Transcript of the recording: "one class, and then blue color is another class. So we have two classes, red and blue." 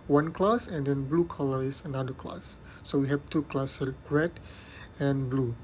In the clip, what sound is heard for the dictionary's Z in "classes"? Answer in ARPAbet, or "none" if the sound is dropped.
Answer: none